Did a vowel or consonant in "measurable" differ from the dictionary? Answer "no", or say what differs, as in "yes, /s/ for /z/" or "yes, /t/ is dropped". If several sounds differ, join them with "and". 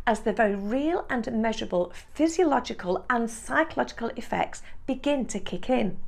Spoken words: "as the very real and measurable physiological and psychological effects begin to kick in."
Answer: no